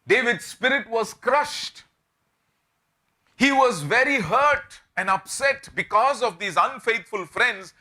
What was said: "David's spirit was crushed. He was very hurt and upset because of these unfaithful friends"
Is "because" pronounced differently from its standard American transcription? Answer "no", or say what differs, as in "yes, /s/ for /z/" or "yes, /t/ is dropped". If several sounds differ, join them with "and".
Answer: no